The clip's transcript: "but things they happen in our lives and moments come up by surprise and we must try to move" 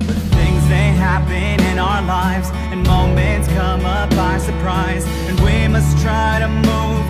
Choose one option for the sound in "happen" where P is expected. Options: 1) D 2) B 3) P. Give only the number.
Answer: 2